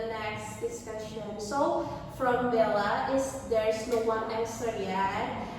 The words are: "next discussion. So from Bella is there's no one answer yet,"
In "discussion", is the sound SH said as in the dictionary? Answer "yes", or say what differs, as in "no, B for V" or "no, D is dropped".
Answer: yes